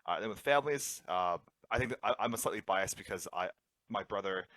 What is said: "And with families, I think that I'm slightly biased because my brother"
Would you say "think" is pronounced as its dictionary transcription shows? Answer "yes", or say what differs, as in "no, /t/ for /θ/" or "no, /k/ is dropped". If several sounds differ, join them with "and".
yes